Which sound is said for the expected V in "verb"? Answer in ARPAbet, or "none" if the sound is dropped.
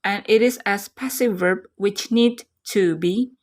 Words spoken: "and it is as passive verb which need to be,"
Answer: V